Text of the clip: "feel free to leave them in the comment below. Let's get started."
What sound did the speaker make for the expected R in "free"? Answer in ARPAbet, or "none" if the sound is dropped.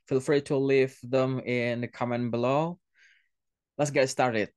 R